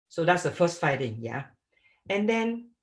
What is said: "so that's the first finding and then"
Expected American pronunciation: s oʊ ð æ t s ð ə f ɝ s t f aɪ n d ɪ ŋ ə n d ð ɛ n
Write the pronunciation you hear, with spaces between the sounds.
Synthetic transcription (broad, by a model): s oʊ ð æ t s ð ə f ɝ s t f aɪ d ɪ ŋ ə n d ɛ n